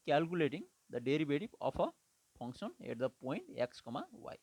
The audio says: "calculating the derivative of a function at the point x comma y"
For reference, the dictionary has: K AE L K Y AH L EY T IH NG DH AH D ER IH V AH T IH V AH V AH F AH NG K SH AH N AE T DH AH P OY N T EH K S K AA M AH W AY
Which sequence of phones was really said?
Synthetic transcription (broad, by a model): K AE L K Y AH L EY T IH NG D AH D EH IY B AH T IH P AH P AH P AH NG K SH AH N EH T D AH P OY N T EH K S K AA M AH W AY